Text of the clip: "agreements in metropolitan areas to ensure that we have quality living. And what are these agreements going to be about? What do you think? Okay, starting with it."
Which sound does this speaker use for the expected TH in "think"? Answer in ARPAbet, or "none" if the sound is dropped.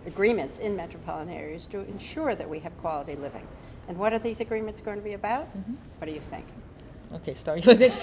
TH